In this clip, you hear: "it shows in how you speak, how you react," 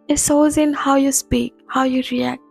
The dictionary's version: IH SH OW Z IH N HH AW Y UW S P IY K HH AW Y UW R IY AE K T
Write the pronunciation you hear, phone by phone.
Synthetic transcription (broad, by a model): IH S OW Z IH N HH AW Y UW S P IY K HH AW Y UW R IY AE K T